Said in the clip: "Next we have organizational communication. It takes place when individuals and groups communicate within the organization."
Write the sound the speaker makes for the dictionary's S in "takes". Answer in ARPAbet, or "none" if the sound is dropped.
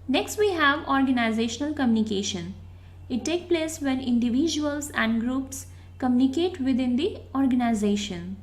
none